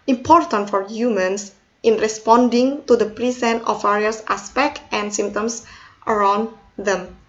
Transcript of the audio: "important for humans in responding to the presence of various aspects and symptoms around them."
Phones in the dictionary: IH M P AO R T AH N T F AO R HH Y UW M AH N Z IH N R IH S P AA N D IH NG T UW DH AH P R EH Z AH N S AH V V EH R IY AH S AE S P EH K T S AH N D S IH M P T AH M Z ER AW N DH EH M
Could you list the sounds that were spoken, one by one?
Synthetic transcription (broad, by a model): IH M P AO R T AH N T F AO R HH Y UW M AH N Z IH N R IH S P AA N D IH NG T UW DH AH P R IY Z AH N AH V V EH R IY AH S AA S P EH K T AH N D S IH M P T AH M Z ER AW N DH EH M